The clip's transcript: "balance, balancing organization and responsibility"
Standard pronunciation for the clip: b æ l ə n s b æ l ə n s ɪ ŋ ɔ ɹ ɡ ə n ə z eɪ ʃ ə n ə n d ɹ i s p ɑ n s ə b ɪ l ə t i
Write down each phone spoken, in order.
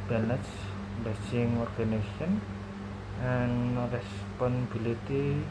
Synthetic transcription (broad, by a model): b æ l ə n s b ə s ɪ ŋ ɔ ɹ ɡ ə n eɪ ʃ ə n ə n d ɹ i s p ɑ n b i l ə t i